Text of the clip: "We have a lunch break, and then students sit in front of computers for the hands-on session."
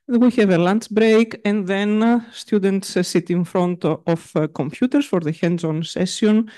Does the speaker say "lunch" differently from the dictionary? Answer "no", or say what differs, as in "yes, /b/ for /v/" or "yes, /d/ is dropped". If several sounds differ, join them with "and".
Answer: yes, /s/ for /tʃ/